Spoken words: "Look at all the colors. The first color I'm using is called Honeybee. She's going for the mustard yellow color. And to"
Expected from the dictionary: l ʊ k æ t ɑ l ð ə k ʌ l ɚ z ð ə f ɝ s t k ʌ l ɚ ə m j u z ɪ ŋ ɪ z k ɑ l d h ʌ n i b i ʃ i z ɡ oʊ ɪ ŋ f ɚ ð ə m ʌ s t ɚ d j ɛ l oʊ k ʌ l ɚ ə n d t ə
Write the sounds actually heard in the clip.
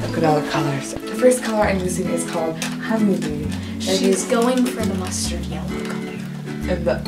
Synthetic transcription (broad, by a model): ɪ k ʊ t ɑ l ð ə k ʌ l ɚ z ð ə f ɝ s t k ʌ l ɚ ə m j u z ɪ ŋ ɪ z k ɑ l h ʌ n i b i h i z ɡ oʊ ɪ ŋ f ɚ ð ə m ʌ s t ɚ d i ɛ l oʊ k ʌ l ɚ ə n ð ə